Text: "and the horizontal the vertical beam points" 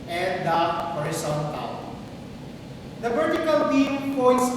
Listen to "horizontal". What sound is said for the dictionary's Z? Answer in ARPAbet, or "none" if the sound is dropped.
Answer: S